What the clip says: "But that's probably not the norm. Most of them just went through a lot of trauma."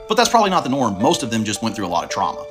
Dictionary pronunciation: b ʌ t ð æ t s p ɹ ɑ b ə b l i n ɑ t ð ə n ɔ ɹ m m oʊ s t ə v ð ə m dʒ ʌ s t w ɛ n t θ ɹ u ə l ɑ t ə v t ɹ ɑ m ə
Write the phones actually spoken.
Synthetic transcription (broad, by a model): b ʌ t ð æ t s p ɹ ɑ b ə b l i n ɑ t ð ə n ɔ ɹ m m oʊ s t ə v ð ə m dʒ ʌ s t w ɛ n θ ɹ u ə l ɑ t ə v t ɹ ɑ m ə